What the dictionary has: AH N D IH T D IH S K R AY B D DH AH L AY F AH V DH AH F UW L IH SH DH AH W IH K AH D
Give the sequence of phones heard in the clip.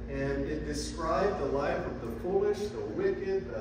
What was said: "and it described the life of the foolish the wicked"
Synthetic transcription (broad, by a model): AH N IH T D IH S K R AY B DH AH L AY F AH V DH AH P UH L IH SH DH AH W IH K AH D